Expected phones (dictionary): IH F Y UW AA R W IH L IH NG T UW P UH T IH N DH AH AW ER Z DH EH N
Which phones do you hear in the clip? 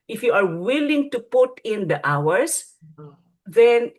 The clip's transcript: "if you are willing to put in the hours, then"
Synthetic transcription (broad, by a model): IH F Y UW AA R W IH L IH NG T UW P UH T IH N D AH AW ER S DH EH N